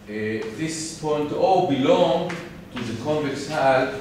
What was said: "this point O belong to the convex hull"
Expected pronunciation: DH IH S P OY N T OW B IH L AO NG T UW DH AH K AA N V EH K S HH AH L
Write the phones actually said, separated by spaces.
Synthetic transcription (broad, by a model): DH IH S P OY N T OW B IH L AO NG T UW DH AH K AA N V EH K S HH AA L